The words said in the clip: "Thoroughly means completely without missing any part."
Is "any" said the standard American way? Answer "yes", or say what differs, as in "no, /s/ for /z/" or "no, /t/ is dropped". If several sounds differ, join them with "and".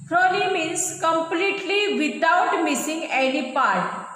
no, /l/ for /n/